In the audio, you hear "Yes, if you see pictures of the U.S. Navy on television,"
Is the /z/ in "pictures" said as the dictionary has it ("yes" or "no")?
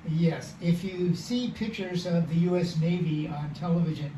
yes